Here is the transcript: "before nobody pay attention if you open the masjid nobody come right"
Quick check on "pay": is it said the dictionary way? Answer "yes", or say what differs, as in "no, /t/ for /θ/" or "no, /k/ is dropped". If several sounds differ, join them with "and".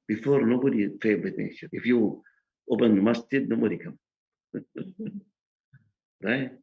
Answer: no, /f/ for /p/